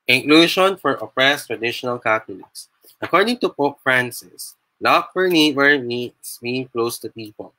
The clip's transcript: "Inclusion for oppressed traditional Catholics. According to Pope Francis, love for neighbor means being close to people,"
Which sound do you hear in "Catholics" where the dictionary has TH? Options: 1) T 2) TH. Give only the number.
1